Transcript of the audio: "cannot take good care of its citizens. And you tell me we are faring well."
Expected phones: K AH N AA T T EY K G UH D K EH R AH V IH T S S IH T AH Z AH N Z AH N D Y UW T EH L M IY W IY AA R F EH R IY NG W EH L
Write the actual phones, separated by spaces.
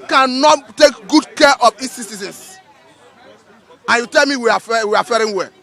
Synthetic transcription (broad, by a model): K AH N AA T T EY K G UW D K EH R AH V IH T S S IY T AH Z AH N S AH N Y UW T EH L M IY W IY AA W F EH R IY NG W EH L